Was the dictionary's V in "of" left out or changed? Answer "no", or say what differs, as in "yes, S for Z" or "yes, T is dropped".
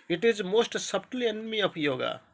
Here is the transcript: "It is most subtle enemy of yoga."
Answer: yes, P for V